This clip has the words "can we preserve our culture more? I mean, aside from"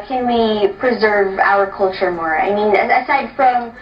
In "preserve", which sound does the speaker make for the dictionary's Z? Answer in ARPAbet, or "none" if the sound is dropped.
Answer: Z